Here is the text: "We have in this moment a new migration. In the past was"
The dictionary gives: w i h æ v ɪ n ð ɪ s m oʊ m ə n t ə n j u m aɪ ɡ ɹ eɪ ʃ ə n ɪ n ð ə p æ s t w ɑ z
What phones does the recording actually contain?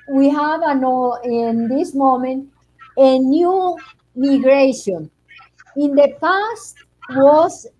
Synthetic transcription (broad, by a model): w i h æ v ɪ n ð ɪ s m oʊ m ə n t ə n j u m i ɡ ɹ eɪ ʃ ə n ɪ n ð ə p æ s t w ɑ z